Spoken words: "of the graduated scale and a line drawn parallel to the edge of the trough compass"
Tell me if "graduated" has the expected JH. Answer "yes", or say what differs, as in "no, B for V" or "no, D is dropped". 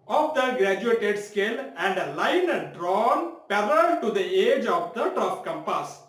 yes